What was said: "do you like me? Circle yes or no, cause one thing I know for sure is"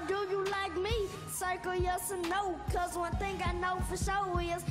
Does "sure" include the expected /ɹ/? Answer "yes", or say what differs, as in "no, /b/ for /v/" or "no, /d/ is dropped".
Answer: no, /w/ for /ɹ/